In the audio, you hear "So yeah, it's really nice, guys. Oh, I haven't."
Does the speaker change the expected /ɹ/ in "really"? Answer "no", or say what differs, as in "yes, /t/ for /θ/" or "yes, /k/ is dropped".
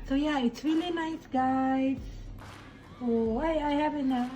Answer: yes, /w/ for /ɹ/